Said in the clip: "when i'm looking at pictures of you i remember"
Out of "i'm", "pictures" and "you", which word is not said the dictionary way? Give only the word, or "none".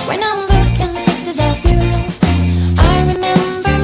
pictures